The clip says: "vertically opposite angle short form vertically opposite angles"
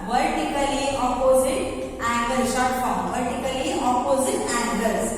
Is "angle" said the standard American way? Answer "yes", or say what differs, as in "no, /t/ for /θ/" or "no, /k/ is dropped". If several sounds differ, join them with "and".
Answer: no, /ŋ/ is dropped